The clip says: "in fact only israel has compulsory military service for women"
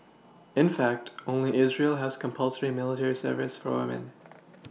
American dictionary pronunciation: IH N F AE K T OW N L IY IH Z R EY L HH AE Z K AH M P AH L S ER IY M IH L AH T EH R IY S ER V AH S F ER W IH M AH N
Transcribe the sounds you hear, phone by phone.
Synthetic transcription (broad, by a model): IH N F AE K T OW N L IY IH Z R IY L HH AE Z K AH M P AH L S ER IY M IH L AH T EH R IY S ER V AH S F ER W IH M AH N